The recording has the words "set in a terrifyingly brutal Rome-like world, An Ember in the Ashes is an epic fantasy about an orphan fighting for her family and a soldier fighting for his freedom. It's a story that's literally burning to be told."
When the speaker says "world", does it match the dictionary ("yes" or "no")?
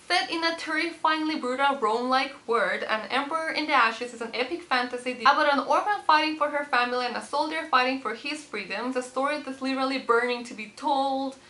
no